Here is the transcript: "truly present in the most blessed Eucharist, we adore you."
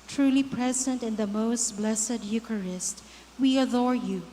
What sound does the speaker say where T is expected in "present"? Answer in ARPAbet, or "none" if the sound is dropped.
T